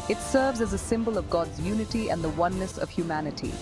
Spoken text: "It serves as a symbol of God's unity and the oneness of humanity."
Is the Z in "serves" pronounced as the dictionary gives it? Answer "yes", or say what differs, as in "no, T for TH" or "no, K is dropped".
yes